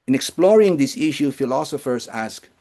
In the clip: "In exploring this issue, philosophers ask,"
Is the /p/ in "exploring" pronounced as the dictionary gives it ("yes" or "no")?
yes